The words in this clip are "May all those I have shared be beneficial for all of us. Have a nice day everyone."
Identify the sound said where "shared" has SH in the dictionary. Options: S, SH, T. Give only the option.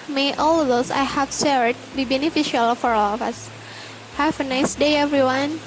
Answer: S